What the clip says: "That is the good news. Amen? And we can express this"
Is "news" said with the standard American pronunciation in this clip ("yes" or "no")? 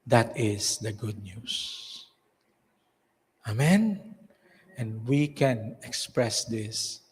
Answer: no